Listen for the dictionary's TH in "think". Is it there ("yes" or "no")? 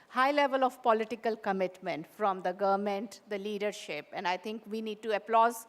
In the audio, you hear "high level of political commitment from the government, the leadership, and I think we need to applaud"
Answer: no